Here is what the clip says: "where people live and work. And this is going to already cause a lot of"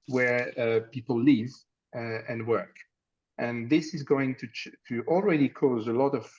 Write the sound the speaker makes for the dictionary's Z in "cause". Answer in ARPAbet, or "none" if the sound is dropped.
Z